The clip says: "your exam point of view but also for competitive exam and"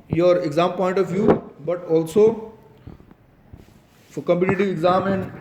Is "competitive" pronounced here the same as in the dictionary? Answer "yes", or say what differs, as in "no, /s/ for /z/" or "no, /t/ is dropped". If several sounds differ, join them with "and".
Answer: no, /v/ is dropped